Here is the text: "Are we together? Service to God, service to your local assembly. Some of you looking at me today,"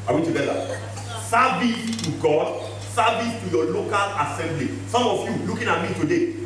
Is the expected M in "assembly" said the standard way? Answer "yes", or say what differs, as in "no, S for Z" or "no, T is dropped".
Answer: yes